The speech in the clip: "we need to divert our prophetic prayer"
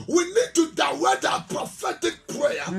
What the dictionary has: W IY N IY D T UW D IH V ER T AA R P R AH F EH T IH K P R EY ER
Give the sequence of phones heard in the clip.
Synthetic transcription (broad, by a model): W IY N IY D T UW D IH W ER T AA P R AH F EH T IH K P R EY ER